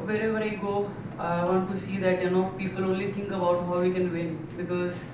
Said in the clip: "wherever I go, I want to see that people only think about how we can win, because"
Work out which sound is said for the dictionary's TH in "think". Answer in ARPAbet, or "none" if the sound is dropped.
T